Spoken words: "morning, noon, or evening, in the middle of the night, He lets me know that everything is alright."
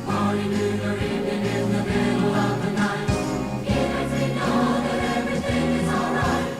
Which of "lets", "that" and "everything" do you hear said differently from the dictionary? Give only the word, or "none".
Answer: lets